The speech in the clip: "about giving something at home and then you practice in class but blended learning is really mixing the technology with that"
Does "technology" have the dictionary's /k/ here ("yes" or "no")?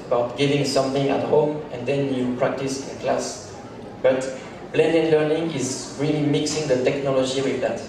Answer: yes